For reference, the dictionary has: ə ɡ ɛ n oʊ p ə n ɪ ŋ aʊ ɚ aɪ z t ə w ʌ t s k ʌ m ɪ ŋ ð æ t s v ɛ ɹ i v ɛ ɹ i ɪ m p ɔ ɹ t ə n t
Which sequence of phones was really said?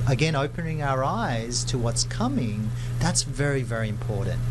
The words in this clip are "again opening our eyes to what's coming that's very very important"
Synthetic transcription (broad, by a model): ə ɡ ɛ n oʊ p ə n ɪ ŋ aʊ ɚ aɪ z t ə w ʌ t s k ʌ m ɪ ŋ ð æ t s v ɛ ɹ i v ɛ ɹ i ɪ m p ɔ ɹ t n t